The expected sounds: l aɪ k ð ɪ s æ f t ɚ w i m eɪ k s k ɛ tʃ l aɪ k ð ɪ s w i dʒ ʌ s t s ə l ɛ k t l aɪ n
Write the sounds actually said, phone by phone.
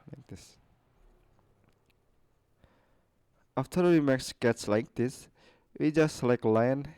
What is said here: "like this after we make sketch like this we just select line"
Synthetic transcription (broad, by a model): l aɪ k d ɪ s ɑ f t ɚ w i m eɪ k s k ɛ s l aɪ k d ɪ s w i dʒ ʌ s t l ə ɪ k l aɪ n